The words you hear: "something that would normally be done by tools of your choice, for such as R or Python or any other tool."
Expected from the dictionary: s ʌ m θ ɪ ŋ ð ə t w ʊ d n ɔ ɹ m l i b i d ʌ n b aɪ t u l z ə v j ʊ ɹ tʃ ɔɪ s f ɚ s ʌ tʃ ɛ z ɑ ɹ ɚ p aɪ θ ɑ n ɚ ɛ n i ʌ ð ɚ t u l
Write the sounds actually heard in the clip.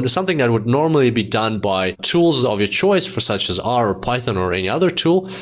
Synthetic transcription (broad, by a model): s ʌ m θ ɪ ŋ ð ə t w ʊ d n ɔ ɹ m l i b i d ʌ n b aɪ t u l z ə v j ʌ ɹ tʃ ɔɪ s f ɚ s ʌ tʃ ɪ z ɑ ɹ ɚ p aɪ θ ɑ n ɚ ɛ n i ʌ ð ɚ t u l